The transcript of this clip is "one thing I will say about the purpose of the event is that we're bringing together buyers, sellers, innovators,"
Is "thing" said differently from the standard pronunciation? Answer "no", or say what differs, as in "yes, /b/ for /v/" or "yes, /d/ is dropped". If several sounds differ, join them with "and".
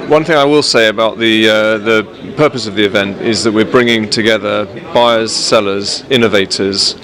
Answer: no